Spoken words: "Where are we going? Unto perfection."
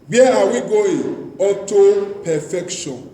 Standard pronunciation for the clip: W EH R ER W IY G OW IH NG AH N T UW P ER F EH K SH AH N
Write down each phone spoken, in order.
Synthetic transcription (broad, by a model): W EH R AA W IY G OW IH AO T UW P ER F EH K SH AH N